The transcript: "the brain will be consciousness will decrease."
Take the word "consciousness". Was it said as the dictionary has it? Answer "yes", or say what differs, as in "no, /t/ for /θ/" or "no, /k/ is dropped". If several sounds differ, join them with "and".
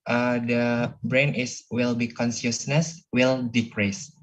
no, /s/ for /ʃ/